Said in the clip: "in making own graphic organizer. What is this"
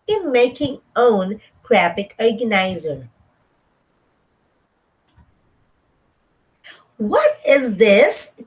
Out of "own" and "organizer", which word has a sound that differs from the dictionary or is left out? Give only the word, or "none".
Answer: none